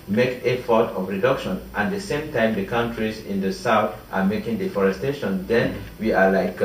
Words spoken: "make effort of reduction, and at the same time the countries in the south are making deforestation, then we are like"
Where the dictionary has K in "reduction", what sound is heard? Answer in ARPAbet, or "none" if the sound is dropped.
K